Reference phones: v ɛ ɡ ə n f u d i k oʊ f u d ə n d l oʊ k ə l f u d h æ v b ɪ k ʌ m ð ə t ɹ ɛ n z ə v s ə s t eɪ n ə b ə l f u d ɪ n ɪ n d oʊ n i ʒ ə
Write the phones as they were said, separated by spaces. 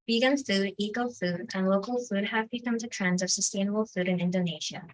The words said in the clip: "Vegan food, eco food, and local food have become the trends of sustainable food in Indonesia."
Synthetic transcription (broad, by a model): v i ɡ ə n f u d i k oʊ f u d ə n l oʊ k ə l f u d h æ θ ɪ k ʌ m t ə t ɹ ɛ n z ə v s ə s t eɪ n ə b ə l f u d ɪ n ɪ n d oʊ n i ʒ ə